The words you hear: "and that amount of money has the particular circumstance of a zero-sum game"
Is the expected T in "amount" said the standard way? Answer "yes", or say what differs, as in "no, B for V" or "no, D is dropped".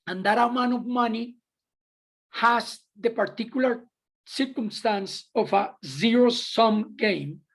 no, T is dropped